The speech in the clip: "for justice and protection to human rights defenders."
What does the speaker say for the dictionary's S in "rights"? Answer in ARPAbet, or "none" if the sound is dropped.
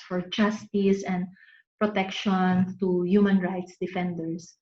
S